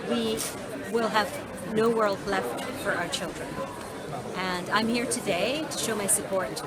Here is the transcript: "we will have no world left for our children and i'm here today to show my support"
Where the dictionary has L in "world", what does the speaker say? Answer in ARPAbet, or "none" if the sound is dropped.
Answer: L